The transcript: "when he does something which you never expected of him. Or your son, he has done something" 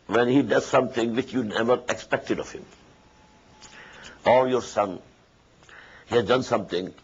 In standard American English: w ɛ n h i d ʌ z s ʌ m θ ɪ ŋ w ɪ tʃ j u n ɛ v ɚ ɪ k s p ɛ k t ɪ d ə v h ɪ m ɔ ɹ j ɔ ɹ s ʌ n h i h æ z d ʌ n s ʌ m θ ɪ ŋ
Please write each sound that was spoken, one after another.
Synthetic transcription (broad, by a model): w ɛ n h i d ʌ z s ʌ m t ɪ ŋ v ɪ tʃ j u n ɛ v ɚ ɪ k s p ɛ k t ɪ d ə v h ɪ m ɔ l j ɔ ɹ s ʌ n h i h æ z d ʌ n s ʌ m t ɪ ŋ